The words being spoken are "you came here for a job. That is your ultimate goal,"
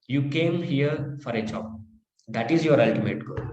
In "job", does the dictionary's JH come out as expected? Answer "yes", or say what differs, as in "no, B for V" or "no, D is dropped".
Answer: no, CH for JH